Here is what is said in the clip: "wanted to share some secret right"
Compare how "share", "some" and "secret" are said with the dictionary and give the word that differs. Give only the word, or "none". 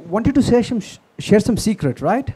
none